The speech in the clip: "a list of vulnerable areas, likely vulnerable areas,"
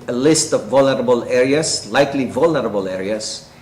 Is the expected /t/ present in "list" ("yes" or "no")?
yes